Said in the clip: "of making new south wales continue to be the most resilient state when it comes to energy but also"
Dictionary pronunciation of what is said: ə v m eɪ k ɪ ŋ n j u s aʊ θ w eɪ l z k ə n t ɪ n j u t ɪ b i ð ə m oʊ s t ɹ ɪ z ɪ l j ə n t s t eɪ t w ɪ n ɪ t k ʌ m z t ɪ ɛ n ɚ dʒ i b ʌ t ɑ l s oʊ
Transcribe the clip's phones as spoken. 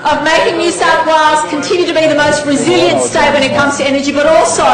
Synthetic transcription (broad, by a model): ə v m eɪ k ɪ ŋ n j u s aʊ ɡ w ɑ z k ə n t ɪ n j u t ɪ b i ð ə m oʊ s t ɹ ɪ z ɪ l j ə n t s t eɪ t w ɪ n ɪ t k ʌ m z t ɪ ɛ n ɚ dʒ i b ʌ t ɑ l s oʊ